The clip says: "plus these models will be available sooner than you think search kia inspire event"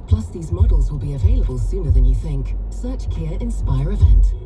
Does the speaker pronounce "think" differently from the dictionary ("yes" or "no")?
no